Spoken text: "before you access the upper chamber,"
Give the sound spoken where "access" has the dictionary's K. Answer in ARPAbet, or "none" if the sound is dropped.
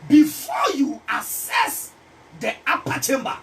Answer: none